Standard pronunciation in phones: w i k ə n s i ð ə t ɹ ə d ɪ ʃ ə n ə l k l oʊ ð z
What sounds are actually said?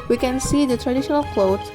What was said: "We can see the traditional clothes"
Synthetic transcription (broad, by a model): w i k ə n s i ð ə t ɹ ə d ɪ ʃ ə n ə l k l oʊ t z